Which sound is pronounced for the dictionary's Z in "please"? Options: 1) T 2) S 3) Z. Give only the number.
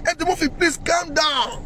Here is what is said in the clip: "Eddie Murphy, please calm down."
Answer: 2